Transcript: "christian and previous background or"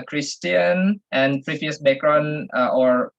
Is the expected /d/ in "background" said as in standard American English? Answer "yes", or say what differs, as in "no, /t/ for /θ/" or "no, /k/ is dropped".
no, /d/ is dropped